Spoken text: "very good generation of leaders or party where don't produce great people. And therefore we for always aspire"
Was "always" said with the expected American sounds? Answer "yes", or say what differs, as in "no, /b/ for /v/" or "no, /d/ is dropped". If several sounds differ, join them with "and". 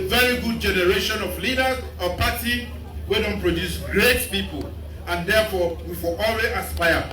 no, /z/ is dropped